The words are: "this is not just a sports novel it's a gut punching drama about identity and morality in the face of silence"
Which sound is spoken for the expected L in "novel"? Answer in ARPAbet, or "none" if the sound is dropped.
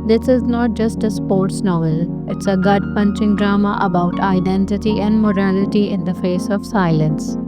L